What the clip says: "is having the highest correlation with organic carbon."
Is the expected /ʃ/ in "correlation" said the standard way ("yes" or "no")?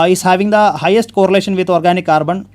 yes